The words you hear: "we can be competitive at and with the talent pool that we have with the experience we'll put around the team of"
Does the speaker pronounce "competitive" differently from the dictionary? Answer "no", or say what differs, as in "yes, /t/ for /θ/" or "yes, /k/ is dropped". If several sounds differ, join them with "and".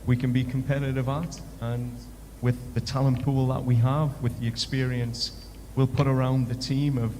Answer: no